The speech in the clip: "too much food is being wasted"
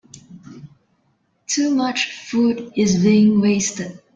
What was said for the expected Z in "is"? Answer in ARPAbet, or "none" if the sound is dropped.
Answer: Z